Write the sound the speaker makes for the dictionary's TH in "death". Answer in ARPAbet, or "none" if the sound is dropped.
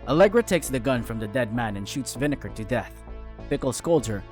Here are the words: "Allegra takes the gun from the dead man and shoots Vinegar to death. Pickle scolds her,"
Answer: TH